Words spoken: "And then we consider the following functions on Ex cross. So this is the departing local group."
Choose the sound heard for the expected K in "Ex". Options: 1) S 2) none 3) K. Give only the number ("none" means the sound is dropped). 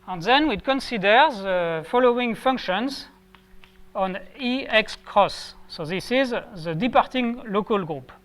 3